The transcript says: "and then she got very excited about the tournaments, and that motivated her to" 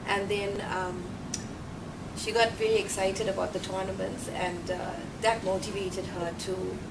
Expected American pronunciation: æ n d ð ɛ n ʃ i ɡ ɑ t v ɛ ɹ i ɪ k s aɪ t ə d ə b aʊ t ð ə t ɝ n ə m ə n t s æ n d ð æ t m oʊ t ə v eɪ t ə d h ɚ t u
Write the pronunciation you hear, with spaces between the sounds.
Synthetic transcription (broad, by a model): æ n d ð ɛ n ʃ i ɡ ɑ t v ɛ l i ɪ k s aɪ t ə d ə b aʊ t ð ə t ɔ n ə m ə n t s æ n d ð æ t m oʊ t ə v eɪ t ə d h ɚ t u